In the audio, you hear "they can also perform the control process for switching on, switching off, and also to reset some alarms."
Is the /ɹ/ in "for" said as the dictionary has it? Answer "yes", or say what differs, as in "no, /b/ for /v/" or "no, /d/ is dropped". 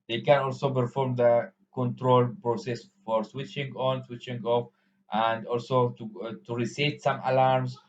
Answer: yes